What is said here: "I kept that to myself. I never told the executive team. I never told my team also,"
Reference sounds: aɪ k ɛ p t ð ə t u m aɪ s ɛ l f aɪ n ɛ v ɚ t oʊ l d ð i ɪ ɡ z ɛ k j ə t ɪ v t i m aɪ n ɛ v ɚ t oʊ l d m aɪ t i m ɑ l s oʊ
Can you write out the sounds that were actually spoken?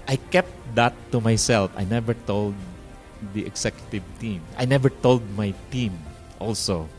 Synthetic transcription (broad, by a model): aɪ k ɛ p t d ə t u m aɪ s ɛ l f aɪ n ɛ v ɚ t oʊ l d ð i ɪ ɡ s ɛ k j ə t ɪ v t i m aɪ n ɛ v ɚ t oʊ l d m aɪ t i m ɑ l s oʊ